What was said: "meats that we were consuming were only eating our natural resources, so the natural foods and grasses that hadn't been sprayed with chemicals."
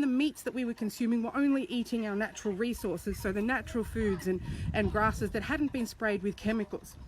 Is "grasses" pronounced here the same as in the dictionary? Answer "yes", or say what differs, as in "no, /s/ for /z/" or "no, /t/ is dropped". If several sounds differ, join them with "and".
yes